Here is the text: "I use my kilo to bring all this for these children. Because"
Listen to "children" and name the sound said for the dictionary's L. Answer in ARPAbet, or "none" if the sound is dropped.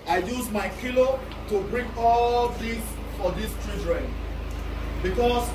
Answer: none